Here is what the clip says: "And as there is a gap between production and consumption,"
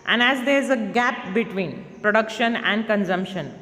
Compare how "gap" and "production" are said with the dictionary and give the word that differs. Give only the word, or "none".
none